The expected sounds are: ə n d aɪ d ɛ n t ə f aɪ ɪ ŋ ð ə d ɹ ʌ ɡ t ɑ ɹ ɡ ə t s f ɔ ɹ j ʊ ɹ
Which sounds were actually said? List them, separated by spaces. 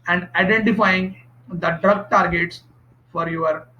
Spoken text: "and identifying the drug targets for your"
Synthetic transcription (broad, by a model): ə n d aɪ d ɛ n t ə f aɪ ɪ ŋ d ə d ɹ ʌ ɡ t ɑ ɹ ɡ ə t s f ɔ ɹ j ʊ ɹ